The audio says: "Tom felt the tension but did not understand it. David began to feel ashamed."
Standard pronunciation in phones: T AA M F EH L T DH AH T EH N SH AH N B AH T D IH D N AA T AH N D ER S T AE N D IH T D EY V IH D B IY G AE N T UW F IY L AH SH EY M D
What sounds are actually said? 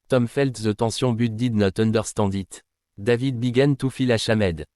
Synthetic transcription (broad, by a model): T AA M F EH L T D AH T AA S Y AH B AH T D IH D N AA T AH N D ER S T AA D IH T D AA V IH D B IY G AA N T UW F IY L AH SH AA M D